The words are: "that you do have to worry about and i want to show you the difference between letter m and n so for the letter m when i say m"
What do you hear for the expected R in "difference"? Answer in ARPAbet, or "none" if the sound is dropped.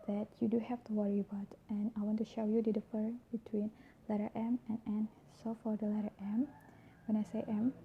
none